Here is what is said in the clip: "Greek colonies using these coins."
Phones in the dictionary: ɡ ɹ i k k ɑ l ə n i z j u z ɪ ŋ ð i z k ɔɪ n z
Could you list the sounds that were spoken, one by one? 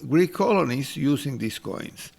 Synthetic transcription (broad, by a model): ɡ ɹ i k k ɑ l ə n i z j u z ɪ ŋ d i s k ɔɪ n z